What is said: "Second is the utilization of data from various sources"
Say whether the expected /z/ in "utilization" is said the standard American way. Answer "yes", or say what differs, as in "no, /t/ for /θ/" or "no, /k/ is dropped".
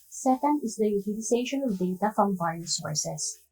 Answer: no, /s/ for /z/